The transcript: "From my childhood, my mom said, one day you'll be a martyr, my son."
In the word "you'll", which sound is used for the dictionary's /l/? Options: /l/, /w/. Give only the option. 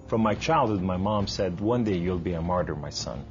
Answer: /l/